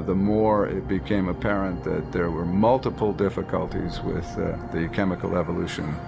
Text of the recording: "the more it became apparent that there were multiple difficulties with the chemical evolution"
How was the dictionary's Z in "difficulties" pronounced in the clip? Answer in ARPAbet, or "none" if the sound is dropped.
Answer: Z